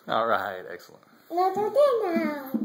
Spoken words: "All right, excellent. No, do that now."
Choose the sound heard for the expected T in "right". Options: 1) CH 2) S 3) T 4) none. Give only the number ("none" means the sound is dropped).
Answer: 3